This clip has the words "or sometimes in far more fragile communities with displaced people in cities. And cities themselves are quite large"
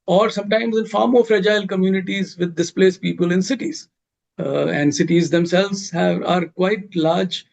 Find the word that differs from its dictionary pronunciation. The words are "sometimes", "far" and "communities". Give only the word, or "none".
none